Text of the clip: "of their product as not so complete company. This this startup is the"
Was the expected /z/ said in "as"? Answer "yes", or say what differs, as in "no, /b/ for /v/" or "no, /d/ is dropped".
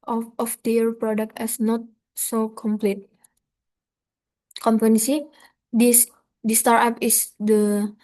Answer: no, /s/ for /z/